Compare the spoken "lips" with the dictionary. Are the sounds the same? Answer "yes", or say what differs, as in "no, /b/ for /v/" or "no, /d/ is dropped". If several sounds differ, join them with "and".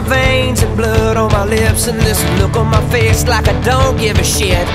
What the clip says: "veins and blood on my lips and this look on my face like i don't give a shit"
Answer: yes